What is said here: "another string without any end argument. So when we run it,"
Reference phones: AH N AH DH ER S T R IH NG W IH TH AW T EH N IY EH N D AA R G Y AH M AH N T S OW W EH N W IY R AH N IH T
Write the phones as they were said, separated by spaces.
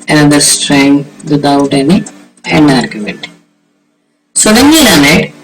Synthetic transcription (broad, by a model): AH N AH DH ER S T R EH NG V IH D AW T EH N IY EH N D AA R G Y AH M AH N T S OW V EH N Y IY L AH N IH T